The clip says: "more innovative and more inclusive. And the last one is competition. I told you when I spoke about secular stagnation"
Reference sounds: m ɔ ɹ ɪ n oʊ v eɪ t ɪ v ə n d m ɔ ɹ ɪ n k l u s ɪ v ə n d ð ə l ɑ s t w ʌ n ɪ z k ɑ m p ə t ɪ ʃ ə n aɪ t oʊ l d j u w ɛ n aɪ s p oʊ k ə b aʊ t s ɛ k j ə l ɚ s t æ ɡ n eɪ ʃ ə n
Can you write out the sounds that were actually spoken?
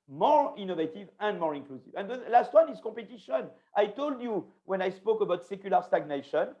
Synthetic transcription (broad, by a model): m ɔ ɹ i n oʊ v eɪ t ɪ v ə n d m ɔ ɹ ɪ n k l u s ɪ v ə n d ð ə l ɑ s t w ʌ n ɪ z k ɑ p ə t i ʃ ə n aɪ t oʊ l d j u w ɛ n aɪ s p oʊ k ə b aʊ t s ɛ k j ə l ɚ s t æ ɡ n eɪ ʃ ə n